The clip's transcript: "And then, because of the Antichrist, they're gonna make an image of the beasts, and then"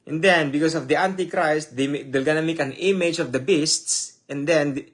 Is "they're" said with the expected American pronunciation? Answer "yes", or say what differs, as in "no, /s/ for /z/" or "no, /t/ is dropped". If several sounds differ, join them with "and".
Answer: no, /l/ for /ɹ/